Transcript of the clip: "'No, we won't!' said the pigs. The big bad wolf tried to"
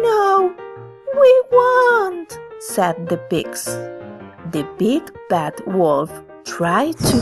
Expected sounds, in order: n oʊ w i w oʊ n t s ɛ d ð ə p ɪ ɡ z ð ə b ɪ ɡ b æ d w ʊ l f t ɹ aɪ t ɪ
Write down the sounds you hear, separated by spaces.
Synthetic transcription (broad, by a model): n oʊ w i w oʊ n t s ɛ d ð ə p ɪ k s ð ə b ɪ ɡ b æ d w ʊ l f t ɹ aɪ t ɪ